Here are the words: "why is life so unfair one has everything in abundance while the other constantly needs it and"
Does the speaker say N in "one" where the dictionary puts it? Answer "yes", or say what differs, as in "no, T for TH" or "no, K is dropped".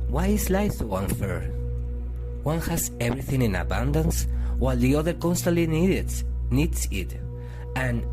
yes